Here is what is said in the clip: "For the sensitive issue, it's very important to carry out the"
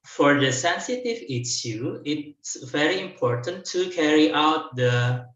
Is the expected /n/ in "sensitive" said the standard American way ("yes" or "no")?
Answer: yes